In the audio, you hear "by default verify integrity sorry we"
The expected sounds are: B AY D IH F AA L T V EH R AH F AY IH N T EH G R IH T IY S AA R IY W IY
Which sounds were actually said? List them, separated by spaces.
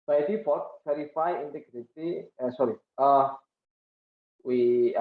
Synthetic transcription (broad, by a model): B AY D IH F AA T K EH R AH F AY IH N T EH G R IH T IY S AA R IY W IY